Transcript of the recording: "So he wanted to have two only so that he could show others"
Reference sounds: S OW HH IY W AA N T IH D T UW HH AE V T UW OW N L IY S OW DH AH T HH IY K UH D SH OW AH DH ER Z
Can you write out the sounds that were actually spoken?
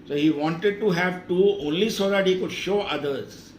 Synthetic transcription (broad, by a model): S OW HH IY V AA N T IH D T UW HH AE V T UW OW N L IY S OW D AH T HH IY K UH D SH OW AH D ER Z